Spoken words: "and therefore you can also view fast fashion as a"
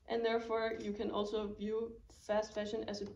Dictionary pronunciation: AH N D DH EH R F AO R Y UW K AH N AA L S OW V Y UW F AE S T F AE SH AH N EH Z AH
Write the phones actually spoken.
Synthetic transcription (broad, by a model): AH N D DH EH R F AO R Y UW K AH N AA L S OW V Y UW F AE S T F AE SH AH N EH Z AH